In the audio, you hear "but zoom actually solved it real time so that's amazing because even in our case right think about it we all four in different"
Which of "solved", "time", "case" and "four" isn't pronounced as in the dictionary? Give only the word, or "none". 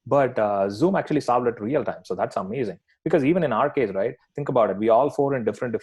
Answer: solved